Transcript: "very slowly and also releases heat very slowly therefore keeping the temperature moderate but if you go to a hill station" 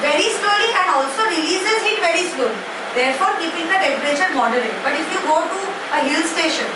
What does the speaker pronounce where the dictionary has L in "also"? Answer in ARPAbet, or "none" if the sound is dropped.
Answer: L